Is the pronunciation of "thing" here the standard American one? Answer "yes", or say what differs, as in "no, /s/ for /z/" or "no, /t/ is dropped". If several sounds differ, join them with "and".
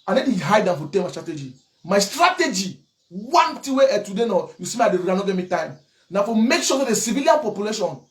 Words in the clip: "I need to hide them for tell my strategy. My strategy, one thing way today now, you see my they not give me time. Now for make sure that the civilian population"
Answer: no, /t/ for /θ/